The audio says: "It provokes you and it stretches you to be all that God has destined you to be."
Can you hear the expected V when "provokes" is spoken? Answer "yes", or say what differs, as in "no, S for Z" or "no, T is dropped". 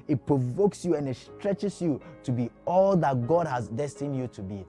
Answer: yes